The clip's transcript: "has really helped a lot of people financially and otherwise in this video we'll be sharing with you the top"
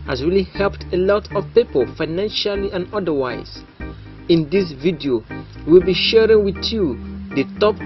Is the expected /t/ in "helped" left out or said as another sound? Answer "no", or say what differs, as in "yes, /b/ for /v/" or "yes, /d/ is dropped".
no